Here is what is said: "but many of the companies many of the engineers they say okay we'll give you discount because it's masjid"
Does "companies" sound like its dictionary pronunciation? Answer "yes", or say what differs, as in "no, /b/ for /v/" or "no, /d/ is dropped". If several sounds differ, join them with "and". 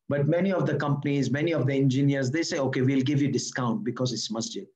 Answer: yes